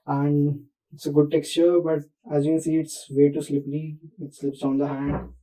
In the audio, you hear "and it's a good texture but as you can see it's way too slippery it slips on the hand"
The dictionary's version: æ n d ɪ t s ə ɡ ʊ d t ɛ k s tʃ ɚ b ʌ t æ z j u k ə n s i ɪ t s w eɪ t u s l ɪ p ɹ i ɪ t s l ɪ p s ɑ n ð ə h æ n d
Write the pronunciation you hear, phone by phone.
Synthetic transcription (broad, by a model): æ n d ɪ t s ə ɡ ʊ d t ɛ k s tʃ ɚ b ʌ t æ z j u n s i ɪ t s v eɪ t u s l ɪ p l i ɪ t s l ɪ p s ɑ n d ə h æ n d